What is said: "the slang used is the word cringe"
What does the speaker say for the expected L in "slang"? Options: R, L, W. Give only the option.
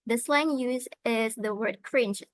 L